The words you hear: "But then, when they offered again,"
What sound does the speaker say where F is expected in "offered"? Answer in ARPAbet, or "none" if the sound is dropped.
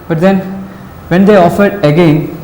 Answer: F